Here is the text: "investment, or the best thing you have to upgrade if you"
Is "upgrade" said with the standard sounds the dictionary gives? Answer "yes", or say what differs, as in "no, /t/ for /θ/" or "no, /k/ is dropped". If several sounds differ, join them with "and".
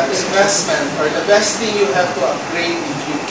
no, /p/ is dropped